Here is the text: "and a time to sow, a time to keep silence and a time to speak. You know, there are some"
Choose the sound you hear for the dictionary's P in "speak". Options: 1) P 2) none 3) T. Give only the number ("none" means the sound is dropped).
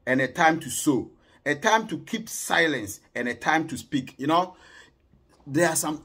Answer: 1